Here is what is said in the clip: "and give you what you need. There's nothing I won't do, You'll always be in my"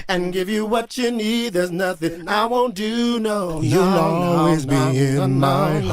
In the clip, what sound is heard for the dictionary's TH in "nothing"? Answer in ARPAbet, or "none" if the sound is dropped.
TH